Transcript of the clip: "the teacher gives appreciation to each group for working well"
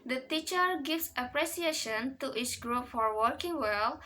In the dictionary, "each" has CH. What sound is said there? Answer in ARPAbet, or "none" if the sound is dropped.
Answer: S